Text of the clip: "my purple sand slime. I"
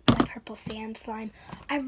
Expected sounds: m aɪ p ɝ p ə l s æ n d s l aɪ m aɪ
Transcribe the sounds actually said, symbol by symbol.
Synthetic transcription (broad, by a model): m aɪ p ɝ p l s æ n d s l aɪ m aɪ